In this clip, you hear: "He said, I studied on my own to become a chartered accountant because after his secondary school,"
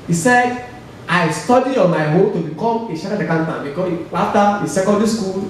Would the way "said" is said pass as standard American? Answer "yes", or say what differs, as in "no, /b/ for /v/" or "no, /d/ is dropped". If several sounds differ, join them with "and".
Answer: yes